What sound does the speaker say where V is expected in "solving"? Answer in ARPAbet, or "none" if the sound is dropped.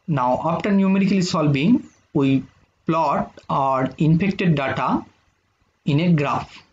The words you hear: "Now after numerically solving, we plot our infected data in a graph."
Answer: B